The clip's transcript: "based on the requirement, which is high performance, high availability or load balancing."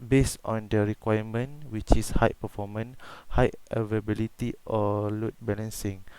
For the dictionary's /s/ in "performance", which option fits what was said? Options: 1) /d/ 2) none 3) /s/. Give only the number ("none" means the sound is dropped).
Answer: 2